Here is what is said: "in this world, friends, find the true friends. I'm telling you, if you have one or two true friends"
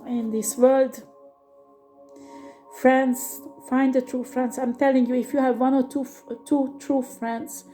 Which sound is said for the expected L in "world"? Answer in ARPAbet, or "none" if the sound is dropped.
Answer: L